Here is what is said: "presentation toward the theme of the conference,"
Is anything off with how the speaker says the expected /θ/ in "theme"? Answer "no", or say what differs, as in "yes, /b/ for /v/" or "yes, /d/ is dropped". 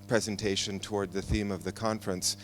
no